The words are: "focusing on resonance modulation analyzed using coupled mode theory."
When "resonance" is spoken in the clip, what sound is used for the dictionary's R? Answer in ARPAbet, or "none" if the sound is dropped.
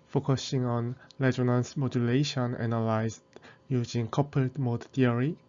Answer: L